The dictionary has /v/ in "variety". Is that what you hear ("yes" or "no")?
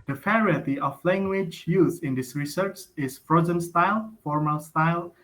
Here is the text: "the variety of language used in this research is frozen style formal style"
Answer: no